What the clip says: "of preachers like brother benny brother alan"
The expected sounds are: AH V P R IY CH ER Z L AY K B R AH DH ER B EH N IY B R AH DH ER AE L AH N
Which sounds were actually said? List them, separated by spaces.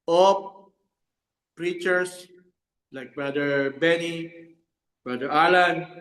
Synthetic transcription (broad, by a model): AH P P R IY CH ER S L AY K B R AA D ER B EH N IY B R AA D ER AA L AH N